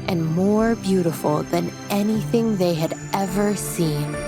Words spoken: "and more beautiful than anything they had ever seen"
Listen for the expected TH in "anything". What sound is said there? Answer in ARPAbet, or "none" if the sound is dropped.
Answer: TH